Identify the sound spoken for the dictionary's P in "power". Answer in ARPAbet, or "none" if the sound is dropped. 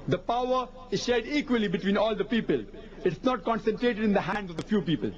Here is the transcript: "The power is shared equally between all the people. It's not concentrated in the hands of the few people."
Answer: P